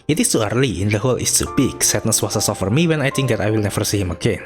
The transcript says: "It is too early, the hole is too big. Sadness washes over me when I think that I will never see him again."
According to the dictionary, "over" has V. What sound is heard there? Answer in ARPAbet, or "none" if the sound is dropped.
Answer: F